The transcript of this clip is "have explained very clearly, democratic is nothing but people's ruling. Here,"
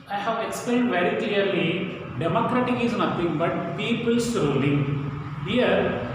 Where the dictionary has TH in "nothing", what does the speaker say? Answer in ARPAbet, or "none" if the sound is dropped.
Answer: T